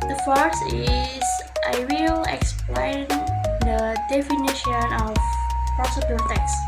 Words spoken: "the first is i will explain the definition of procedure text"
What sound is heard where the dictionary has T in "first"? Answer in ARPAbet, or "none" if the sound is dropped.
none